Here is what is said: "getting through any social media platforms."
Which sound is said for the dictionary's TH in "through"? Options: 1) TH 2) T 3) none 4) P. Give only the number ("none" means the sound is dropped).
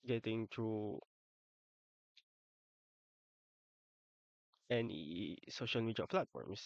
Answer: 2